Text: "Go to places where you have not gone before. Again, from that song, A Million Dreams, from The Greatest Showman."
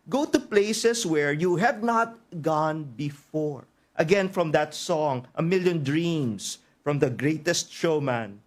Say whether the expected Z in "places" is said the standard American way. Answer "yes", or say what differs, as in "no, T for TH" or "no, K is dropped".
no, S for Z